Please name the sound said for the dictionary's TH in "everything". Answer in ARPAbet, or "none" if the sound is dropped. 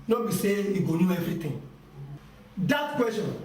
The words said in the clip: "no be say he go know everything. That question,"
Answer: T